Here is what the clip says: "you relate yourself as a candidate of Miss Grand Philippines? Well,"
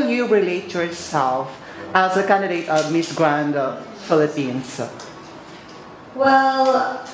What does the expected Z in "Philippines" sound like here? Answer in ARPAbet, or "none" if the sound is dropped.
S